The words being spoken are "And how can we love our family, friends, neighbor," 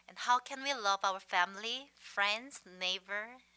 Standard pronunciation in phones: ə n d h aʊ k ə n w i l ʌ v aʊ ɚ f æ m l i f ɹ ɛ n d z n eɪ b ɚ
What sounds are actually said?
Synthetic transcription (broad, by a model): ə n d h aʊ k ə n w i l ʌ v aʊ ɚ f æ m l i f ɹ ɛ n d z n eɪ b ɚ